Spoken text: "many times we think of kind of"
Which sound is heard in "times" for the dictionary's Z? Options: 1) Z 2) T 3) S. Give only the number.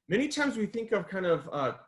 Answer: 1